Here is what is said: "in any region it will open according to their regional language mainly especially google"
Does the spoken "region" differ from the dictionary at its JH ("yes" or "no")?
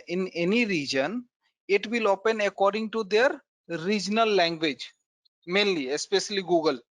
no